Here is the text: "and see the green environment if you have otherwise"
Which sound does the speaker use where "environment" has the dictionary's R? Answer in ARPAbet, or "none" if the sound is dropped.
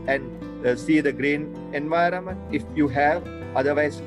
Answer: R